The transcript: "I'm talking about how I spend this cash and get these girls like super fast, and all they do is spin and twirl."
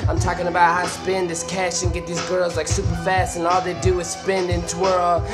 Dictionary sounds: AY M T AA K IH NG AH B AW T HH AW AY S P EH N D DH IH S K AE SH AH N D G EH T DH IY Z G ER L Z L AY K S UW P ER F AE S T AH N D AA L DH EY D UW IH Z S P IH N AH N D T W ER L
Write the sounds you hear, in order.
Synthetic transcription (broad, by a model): AY M T AA K IH NG AH B AW T HH AW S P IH N DH IH S K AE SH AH N G EH T DH IY Z G ER L Z L AY K S UW P ER F AE S T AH N AA L DH EY D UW IH Z S P IH N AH N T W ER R